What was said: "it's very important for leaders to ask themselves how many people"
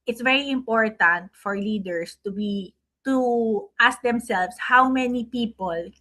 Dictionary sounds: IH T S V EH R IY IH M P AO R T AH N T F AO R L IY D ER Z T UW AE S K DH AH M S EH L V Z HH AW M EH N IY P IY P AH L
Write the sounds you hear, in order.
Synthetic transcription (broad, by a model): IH T S V EH R IY IH M P AO R T AH N T F AO R L IY D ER S T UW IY S K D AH M S EH L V S HH AW M EH N IY P IY P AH L